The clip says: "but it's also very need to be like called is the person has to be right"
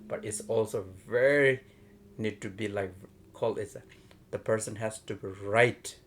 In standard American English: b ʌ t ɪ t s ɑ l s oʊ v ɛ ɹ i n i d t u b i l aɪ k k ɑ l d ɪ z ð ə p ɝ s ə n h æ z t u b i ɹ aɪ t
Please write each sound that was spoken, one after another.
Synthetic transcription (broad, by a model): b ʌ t ɪ t s ɑ l s oʊ v ɛ ɹ i n i d t u b i l aɪ k k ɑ l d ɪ s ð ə p ɝ s ə n h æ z t u b i ɹ aɪ t